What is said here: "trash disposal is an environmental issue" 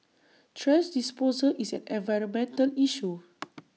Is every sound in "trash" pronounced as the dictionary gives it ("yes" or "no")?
no